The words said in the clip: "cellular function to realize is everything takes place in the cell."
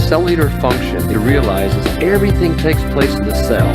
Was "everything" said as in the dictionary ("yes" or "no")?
yes